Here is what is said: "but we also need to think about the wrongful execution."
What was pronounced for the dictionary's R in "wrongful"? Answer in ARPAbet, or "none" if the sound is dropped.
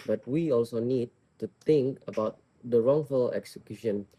R